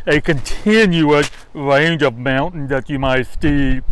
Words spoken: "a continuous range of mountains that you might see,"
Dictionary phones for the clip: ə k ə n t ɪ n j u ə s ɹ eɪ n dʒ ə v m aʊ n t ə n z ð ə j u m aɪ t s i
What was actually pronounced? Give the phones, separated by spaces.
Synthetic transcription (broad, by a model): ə k ə n t ɪ n j u ə s ɹ eɪ n dʒ ə v m aʊ n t n ð ə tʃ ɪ m aɪ t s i